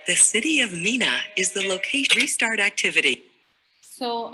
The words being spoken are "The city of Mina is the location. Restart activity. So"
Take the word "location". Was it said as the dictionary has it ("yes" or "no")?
no